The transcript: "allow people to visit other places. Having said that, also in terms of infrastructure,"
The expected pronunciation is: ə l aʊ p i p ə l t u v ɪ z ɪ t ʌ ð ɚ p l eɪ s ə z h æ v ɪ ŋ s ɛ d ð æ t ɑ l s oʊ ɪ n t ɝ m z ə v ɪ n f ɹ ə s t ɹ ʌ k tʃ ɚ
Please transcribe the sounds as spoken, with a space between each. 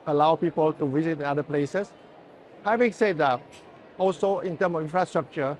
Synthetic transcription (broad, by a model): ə l aʊ p i p ə l t u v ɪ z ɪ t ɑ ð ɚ p l eɪ s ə s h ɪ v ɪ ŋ s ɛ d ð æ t ɑ l s oʊ ɪ n t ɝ m ə f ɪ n f ɹ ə s t ɹ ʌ k tʃ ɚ